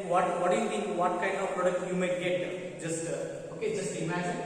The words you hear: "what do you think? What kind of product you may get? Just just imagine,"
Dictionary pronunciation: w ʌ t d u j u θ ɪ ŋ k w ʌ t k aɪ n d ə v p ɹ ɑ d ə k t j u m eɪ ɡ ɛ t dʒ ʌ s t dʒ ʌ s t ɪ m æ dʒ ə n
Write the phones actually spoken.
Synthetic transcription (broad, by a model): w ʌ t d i j u t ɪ k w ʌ t k aɪ n d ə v p ɹ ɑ d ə k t j u m eɪ ɡ ɛ t dʒ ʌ s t dʒ ʌ s t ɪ m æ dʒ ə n